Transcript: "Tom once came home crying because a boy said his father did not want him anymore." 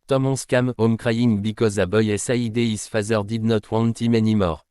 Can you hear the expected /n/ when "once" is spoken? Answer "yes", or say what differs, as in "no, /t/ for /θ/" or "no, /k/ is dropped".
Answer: no, /n/ is dropped